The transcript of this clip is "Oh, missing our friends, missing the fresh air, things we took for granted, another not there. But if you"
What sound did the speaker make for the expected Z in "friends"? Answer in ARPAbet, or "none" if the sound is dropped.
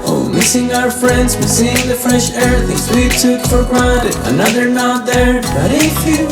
Z